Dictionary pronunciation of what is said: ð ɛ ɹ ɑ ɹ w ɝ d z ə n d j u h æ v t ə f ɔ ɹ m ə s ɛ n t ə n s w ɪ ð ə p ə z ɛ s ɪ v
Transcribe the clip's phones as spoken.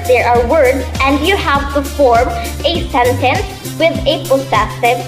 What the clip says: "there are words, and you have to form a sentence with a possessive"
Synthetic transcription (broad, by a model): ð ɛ ɹ ɑ ɹ w ɝ d z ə n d j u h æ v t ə f ɔ ɹ m ə s ɛ n t ə n s w ɪ ð ə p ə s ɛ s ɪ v